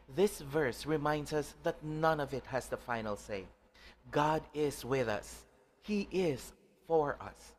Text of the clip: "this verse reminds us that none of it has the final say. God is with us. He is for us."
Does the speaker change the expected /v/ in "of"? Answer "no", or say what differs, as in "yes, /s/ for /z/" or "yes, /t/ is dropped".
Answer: no